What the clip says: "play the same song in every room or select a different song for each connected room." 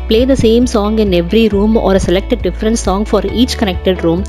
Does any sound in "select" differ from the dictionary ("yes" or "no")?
no